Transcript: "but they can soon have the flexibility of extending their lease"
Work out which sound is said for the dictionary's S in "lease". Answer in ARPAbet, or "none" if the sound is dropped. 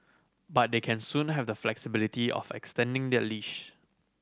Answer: SH